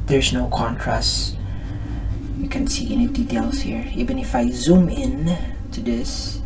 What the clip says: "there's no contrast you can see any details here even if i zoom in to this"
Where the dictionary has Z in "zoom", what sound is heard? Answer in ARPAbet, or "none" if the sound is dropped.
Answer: Z